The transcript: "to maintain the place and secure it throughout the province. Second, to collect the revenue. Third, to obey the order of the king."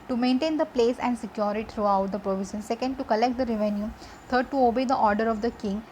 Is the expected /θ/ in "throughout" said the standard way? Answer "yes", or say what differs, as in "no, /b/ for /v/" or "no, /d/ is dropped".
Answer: no, /t/ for /θ/